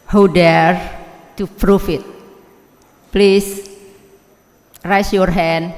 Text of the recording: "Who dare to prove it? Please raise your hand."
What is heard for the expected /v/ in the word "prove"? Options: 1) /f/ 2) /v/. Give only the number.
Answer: 1